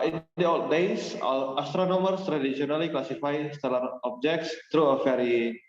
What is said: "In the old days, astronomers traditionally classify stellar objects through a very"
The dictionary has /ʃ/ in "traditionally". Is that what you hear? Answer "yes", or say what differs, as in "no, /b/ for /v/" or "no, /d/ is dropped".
no, /s/ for /ʃ/